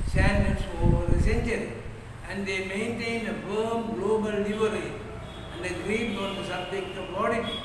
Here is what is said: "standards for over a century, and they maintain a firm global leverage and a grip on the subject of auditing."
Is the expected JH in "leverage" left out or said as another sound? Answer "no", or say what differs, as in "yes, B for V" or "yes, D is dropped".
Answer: yes, JH is dropped